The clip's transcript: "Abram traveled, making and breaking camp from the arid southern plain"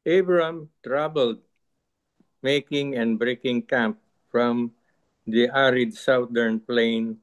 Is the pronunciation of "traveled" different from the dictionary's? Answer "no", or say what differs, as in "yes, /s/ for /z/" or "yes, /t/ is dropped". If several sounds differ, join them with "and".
yes, /b/ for /v/